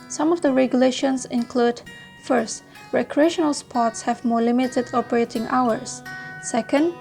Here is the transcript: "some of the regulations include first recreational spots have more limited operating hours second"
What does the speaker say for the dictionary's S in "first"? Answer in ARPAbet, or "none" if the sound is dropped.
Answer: S